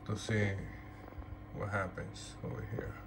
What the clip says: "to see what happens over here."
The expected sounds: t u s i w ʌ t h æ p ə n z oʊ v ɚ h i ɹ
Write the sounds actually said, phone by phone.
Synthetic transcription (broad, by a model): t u s i w ʌ t h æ p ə n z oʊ ɚ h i ɹ